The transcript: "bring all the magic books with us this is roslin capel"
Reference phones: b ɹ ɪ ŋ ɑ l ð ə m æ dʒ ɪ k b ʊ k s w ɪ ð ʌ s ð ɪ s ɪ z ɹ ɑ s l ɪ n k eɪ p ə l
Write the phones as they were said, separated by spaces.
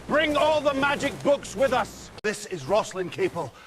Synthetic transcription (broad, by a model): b ɹ ɪ ŋ ɑ l ð ə m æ dʒ ɪ k b ʊ k s w ɪ ð ʌ s ð ɪ s ɪ z ɹ ɑ s l ɪ n k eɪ p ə l